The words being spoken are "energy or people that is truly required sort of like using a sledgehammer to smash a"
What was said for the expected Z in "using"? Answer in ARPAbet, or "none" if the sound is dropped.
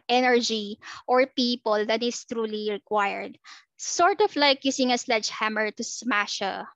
S